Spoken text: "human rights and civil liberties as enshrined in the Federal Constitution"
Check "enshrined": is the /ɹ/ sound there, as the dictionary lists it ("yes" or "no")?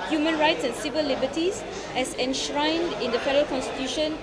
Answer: yes